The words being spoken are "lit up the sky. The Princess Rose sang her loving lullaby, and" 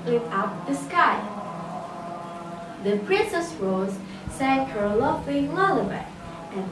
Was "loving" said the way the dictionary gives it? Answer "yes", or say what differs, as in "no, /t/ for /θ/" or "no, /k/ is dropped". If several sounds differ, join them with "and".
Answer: no, /f/ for /v/